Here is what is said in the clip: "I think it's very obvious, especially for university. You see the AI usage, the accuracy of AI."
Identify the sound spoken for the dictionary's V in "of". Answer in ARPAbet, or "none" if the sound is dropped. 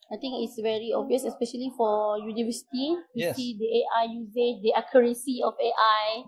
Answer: F